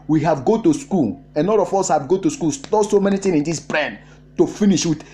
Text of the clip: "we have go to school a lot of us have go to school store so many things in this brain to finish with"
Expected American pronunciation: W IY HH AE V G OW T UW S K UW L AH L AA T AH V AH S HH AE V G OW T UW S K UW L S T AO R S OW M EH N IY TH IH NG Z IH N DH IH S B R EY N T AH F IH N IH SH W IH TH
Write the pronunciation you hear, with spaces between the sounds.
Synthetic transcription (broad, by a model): W IY HH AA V G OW T UW S K UW L AH N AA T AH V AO S HH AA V G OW T UW S K UW L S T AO S OW M EH N IY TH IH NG IH N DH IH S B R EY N T AH F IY N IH SH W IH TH